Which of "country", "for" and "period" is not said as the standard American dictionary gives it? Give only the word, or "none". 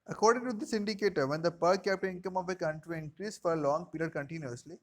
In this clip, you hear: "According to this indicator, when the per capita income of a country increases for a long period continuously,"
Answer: period